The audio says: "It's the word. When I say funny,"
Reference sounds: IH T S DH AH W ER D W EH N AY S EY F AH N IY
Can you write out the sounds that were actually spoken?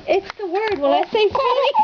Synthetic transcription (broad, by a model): IH T S DH AH W ER D W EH L AY S EY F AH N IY